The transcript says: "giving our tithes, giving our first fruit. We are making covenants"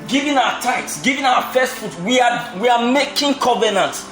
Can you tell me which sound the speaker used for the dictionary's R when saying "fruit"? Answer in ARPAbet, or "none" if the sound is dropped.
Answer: none